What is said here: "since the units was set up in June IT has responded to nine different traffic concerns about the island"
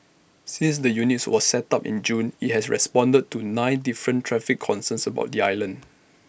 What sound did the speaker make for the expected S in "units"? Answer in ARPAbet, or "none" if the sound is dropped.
S